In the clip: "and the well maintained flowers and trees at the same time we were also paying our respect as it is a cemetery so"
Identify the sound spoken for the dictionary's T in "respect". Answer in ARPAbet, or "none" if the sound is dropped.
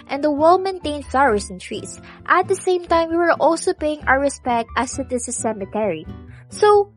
T